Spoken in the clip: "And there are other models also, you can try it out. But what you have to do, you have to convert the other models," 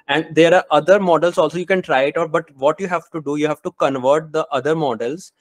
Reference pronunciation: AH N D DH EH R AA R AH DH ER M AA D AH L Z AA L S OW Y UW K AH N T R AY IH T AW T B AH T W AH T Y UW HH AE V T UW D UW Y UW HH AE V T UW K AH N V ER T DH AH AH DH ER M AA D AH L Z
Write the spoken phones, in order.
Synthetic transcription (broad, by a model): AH N D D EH R AA R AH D ER M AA D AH L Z AA L S OW Y UW K AH N T R AY IH T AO T B AH T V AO T Y UW HH AE V T UW D UW Y UW HH AE V T UW K AH N V ER T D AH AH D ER M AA D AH L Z